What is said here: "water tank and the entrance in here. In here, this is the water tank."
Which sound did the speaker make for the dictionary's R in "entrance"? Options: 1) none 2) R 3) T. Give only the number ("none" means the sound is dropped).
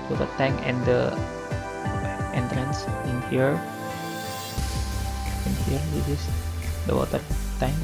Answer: 2